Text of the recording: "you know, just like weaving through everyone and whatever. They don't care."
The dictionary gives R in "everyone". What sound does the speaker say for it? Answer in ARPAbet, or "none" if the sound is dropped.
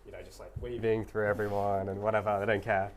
R